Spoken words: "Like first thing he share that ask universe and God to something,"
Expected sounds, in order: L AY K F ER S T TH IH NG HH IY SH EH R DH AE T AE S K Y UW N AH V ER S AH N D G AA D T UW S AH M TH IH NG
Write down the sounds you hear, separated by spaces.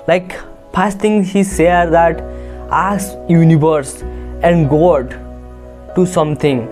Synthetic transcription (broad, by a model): L AY K P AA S T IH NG HH IY S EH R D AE T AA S Y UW N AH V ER S AH N D G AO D T UW S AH M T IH NG